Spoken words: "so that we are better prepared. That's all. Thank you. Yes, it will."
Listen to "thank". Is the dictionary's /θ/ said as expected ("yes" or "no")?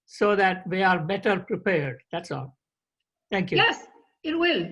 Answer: no